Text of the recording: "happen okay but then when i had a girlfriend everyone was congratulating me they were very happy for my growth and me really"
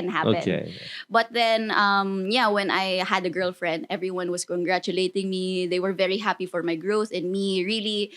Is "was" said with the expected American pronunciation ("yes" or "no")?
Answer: no